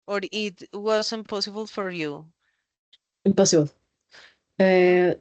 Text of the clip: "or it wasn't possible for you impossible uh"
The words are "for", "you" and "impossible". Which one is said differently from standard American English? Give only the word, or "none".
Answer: impossible